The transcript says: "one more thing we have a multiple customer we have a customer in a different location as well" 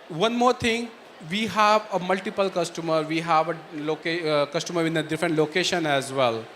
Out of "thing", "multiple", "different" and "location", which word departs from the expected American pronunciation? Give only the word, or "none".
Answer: thing